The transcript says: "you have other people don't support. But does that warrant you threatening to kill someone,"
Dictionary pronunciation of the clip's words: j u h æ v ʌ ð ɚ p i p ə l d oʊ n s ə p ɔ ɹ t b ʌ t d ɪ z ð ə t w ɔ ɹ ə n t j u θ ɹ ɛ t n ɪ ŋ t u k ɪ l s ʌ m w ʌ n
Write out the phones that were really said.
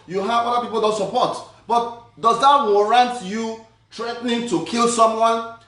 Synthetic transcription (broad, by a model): j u h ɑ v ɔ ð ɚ p i p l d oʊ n s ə p ɔ t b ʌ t d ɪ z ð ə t w ɔ ɹ ə n t j u t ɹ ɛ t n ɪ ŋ t u k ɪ l s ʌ m w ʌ n